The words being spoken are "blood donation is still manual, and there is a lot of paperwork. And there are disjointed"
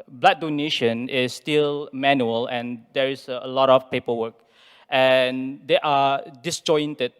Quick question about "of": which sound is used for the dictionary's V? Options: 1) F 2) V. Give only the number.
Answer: 1